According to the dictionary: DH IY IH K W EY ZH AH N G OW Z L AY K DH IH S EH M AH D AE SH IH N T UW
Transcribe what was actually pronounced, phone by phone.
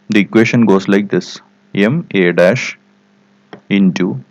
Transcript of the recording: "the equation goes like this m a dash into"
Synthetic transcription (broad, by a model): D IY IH K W EY SH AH N G OW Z L AY K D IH S EH M AH D AE SH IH N T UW